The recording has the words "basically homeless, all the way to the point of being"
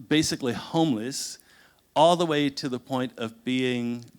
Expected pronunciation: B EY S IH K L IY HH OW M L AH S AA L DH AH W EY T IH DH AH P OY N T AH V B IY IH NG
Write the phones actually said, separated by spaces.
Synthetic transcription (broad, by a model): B EY S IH K L IY HH OW M L AH S AA L DH AH W EY T IH DH AH P OY N T AH V B IY IH NG